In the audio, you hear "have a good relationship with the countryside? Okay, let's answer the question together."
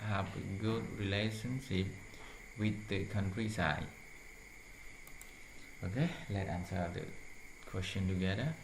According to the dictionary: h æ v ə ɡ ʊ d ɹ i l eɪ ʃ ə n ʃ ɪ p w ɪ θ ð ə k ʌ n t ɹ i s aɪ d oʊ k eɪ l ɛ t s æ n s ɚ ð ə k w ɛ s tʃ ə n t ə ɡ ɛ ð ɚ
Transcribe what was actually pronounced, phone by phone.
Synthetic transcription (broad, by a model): h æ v ə ɡ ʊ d ɹ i l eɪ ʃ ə n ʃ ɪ p w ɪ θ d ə k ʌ n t ɹ i s aɪ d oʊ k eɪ l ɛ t ɑ n s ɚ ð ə k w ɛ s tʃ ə n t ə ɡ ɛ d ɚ